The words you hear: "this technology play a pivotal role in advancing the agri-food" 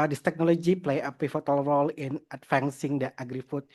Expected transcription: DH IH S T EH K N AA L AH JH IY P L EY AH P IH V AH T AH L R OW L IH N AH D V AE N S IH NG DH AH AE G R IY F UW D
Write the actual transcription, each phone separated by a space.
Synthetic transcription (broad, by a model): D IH S T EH K N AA L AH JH IY P L EY AH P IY F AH T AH L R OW L IH N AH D F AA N S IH NG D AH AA G R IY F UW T